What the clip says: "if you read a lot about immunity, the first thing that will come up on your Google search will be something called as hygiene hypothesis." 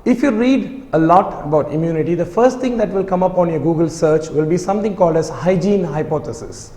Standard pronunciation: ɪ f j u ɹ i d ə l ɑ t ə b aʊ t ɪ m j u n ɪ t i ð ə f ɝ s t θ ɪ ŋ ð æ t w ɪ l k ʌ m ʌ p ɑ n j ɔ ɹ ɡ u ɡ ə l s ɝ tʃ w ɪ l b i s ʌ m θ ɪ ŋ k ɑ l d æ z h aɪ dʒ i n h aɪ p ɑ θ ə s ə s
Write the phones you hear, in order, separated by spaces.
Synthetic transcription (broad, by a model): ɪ f j u ɹ i d ə l ɑ t ə b aʊ t ɪ m j u n ɪ t i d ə f ɝ s t t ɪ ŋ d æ t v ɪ l k ʌ m ʌ p ɑ n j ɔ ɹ ɡ u ɡ ə l s ɝ tʃ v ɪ l b i s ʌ m t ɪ ŋ k ɑ l d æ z h aɪ dʒ i n h aɪ p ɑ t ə s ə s